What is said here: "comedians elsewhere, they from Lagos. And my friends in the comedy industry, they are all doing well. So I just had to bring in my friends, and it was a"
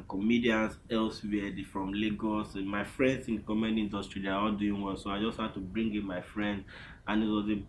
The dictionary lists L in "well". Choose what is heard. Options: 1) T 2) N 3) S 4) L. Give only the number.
2